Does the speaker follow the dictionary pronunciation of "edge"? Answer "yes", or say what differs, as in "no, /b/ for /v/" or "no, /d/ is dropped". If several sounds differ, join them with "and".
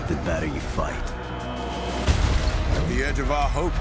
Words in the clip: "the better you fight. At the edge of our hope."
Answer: yes